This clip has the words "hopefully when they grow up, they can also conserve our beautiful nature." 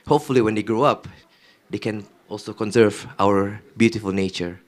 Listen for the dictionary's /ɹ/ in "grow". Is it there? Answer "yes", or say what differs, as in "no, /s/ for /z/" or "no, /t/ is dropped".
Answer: yes